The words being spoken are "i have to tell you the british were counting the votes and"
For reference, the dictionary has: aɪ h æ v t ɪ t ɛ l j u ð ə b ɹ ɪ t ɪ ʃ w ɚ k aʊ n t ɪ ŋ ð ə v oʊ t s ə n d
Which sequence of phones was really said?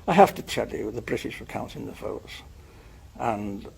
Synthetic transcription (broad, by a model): aɪ h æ f t ɪ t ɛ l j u ð ə b ɹ ɪ t ɪ ʃ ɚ k aʊ n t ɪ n ð ə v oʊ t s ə n